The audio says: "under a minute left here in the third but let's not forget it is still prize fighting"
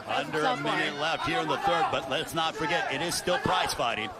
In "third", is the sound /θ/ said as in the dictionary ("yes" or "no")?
yes